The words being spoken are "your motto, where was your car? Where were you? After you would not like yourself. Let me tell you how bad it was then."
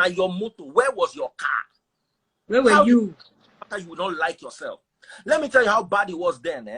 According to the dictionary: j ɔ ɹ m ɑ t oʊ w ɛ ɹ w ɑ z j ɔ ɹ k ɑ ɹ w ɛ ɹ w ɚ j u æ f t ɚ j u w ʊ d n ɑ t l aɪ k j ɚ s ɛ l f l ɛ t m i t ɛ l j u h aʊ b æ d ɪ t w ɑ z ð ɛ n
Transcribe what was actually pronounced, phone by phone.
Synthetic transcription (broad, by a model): j ɔ m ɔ t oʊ w ɛ w ɑ z j ɔ k ɑ w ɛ w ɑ j u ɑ t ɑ j u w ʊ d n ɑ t l aɪ k j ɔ s ɛ l f l ɛ t m i t ɛ l j u h aʊ b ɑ d ɪ t w ɑ z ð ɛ n